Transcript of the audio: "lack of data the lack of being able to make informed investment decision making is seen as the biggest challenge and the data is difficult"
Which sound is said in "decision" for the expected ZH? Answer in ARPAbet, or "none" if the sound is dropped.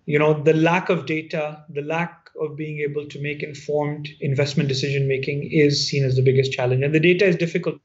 ZH